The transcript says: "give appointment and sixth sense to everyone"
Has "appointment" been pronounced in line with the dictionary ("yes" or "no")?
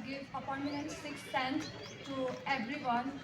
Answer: no